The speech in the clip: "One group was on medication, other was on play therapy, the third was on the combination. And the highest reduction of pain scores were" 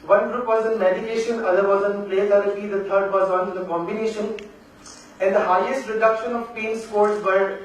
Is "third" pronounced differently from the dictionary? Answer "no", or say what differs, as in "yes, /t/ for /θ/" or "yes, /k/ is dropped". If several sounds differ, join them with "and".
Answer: yes, /t/ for /θ/